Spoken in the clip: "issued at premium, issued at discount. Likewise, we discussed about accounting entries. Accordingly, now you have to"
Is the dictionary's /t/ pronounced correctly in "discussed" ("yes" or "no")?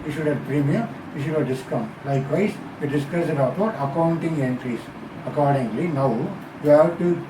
no